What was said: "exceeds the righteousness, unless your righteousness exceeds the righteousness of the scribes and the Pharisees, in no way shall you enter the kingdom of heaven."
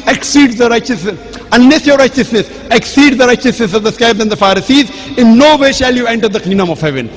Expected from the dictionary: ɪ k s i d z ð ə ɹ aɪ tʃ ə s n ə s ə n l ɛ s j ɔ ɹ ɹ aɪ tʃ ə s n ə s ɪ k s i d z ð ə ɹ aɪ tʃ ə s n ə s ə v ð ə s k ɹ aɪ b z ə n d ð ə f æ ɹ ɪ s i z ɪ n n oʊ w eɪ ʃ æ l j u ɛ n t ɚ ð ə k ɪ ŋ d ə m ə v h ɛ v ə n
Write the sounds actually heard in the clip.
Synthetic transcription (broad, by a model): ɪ k s i d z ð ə ɹ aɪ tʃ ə s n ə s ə n l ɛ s j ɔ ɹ ɹ aɪ tʃ ə s n ə s ɪ k s i d z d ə ɹ aɪ tʃ ə s n ə s ə v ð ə s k aɪ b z ə n d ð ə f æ ɹ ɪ s i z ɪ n n oʊ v eɪ ʃ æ l j u ɛ n t ɚ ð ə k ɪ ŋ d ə m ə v h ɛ v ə n